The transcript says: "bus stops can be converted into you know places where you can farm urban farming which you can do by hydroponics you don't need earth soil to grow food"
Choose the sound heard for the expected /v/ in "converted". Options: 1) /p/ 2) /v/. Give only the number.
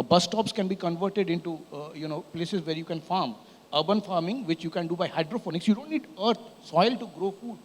2